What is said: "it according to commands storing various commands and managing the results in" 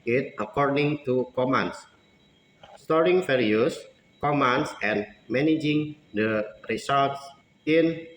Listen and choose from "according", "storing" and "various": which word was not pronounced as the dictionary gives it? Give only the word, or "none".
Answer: various